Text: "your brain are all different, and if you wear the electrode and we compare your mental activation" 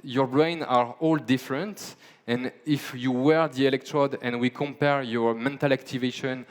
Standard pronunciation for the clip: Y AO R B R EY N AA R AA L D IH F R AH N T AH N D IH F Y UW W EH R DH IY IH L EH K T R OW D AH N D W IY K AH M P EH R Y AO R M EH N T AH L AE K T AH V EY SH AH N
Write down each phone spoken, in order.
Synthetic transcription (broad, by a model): Y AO R B R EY N AA R AA L D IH F R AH N T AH N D IH F Y UW W EH R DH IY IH L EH K T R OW D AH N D W IY K AH M P EH R Y AO R M EH N T AH L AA K T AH V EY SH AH N